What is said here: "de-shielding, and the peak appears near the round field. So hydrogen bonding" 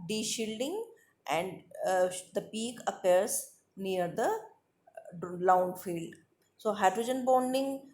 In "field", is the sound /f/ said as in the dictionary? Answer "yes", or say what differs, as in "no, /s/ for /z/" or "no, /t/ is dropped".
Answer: yes